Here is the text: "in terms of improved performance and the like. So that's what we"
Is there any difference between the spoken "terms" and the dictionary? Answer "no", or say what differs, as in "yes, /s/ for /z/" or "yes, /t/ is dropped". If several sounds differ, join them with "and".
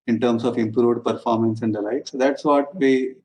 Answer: yes, /s/ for /z/